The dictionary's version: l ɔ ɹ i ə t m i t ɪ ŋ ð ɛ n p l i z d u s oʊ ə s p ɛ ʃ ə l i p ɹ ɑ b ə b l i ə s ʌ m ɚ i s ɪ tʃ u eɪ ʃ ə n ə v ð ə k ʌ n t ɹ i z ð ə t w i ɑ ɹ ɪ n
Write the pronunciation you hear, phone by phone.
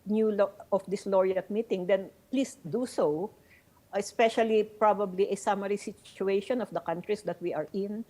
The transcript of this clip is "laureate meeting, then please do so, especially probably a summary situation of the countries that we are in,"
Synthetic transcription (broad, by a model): l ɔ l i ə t m i t ɪ ŋ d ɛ n p l i s d u s oʊ ə s p ɛ ʃ ə l i p ɹ ɑ b ə b l i ə s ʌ m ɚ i s ɪ tʃ u eɪ ʃ ə n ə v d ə k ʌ n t ɹ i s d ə t w i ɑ ɹ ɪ n